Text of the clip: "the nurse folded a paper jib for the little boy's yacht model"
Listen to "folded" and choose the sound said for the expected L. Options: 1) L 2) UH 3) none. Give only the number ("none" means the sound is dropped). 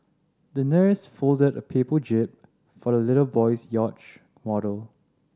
1